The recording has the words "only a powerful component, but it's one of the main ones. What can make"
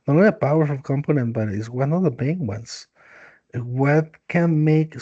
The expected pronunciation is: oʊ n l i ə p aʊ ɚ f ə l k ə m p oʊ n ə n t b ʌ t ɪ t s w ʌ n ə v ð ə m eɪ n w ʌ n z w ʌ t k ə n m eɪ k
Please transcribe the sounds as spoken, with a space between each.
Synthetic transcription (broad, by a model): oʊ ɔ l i ə p aʊ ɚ ə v k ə m p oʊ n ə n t b ʌ t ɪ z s w ʌ n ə ð ə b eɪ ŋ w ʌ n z w ʌ t k ə n m eɪ k